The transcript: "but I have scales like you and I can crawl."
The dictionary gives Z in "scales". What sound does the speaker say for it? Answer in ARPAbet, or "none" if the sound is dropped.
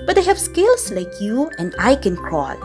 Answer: S